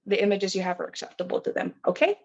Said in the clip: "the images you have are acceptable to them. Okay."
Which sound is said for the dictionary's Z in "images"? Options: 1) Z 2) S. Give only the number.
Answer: 1